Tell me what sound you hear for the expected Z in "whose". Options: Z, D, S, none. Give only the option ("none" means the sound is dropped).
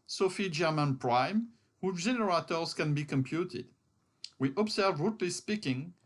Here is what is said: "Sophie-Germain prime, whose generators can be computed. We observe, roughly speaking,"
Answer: none